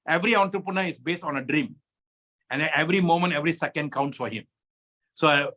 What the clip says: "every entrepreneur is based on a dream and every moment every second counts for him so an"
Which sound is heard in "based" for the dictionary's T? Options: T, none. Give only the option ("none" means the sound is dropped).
T